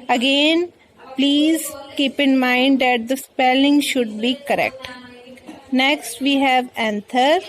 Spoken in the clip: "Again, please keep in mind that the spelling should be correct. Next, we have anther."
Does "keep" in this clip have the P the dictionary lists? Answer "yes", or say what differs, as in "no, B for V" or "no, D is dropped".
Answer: yes